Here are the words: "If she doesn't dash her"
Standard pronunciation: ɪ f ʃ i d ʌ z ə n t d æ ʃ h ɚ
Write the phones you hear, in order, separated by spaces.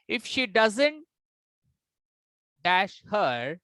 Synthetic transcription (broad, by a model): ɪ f ʃ i d ʌ z ə n t d æ ʃ h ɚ